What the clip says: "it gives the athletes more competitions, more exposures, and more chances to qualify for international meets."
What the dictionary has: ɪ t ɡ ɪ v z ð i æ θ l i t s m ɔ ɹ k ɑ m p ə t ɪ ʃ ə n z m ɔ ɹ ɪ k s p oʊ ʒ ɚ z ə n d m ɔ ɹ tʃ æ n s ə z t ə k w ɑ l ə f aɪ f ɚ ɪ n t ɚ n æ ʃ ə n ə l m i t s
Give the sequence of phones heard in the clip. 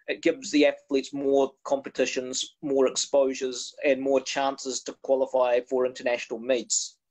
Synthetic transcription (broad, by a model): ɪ t ɡ ɪ v z ð i æ θ l i t s m ɔ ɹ k ɑ m p ə t ɪ ʃ ə n z m ɔ ɹ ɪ k s p oʊ ʒ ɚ z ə n m ɔ ɹ tʃ æ n s ə z t ə k w ɑ l ə f aɪ f ɚ ɪ n t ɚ n æ ʃ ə n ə l m i t s